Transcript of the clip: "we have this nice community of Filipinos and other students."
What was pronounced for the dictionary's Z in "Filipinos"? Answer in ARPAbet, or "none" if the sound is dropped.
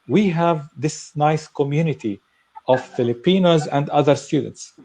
Z